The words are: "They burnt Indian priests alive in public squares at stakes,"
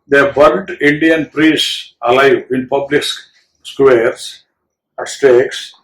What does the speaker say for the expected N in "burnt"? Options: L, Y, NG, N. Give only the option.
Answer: L